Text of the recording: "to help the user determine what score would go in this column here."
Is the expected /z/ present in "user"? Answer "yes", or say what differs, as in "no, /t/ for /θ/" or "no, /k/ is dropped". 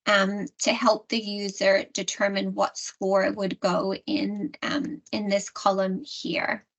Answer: yes